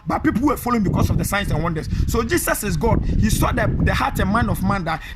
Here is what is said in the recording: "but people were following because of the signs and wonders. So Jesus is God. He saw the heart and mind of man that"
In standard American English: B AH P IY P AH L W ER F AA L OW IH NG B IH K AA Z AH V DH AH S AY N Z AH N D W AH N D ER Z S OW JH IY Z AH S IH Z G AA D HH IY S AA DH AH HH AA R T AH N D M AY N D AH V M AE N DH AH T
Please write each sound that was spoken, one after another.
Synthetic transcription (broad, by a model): B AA P IY P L W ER F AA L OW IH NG B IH K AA S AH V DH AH S AY N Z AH N W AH N D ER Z S OW JH IY S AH S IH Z G AA D HH IY S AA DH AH HH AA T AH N M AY N AH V M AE N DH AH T